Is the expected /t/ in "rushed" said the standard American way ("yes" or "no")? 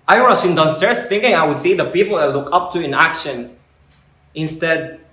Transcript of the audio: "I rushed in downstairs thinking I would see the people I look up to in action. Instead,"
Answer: no